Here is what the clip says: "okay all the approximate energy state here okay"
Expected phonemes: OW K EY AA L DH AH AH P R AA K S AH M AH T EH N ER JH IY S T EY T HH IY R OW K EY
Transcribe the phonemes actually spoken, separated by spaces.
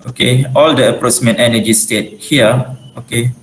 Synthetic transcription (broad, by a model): OW K EY AA L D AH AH P R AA S M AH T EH N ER JH IY S T EY T HH IY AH OW K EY